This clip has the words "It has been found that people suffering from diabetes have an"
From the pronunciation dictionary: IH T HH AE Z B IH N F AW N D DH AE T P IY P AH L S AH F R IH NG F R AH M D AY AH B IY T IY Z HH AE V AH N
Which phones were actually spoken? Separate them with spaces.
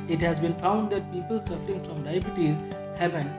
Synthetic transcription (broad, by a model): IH T HH AE Z B IH N F AW N D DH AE T P IY P AH L S AH F R IH NG F R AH M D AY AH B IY T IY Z HH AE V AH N